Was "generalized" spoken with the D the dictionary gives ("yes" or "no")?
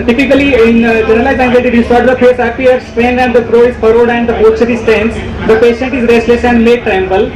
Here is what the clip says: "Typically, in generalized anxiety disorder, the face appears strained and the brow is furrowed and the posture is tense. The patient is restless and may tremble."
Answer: no